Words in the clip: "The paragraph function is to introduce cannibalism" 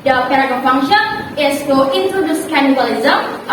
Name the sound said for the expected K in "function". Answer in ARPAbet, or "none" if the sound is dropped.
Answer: none